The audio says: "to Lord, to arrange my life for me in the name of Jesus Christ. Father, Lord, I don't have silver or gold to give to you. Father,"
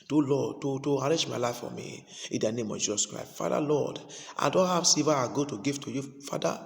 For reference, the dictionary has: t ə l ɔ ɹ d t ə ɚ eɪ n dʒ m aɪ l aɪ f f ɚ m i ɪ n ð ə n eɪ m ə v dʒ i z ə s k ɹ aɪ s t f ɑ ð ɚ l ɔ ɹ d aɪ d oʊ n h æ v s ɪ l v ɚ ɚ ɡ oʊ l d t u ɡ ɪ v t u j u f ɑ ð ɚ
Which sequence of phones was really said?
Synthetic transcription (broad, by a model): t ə l ɔ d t t ə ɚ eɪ dʒ m aɪ l aɪ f f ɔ m i ɪ n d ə n eɪ m ə v dʒ i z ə s k ɹ aɪ s t f ɑ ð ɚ l ɔ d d aɪ d oʊ n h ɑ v s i v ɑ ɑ ɡ oʊ t u ɡ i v t u j u f ɑ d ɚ